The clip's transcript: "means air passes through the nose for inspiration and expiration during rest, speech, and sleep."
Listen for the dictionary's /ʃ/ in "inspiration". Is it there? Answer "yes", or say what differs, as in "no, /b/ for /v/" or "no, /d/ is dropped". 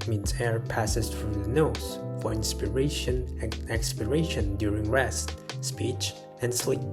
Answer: no, /ʃ/ is dropped